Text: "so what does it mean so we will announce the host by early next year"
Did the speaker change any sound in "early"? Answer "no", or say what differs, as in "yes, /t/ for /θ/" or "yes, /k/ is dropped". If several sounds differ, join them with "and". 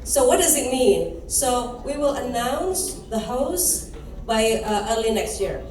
no